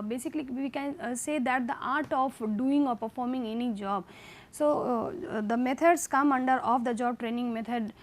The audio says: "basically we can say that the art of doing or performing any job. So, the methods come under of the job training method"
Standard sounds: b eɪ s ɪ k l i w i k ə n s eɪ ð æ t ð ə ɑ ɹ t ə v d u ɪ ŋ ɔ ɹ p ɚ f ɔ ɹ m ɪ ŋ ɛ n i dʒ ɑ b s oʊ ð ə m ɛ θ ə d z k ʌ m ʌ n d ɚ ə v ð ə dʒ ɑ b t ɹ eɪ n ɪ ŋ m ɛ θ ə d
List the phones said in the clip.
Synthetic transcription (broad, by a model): b eɪ s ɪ k l i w i k ə n s eɪ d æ t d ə ɑ ɹ t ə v d u ɪ ŋ ɔ ɹ p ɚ f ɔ ɹ m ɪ ŋ ɛ n i dʒ ɑ b s oʊ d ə m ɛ t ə d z k ʌ m ʌ n d ɚ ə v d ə dʒ ɑ b t ɹ eɪ n ɪ ŋ m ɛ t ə d